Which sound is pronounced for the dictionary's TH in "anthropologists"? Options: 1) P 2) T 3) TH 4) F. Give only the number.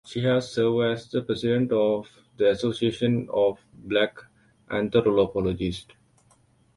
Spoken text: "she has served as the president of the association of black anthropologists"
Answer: 2